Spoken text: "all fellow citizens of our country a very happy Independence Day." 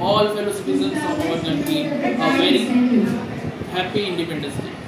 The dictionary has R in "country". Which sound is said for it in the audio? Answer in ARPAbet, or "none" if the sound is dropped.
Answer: none